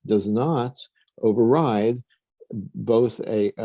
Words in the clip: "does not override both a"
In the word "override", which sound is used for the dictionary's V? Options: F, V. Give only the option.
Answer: V